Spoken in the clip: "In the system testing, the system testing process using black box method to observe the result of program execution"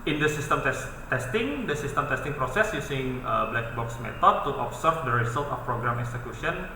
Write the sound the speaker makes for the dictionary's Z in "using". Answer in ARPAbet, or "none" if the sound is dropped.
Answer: S